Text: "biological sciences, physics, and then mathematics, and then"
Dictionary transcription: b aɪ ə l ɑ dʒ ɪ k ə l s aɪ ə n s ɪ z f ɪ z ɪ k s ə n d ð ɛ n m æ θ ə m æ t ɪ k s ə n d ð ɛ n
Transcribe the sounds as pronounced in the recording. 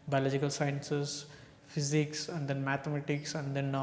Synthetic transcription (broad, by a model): b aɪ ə l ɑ dʒ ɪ k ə l s aɪ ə n s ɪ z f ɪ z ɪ k s ə n d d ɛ n m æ t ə m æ t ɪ k s ə n d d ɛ n